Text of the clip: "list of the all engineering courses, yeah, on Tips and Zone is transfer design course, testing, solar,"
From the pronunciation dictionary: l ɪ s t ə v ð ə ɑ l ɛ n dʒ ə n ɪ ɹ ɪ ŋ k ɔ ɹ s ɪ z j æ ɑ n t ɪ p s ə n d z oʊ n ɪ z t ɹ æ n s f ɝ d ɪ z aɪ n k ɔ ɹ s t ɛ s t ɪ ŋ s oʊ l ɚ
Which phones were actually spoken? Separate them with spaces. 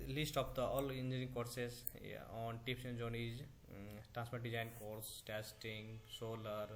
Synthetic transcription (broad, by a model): l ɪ s t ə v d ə ɑ l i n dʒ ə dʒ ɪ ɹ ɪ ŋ k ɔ ɹ s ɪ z ɑ n t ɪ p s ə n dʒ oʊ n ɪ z t ɹ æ n s p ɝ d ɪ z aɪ n k ɔ ɹ s t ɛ s t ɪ ŋ s oʊ l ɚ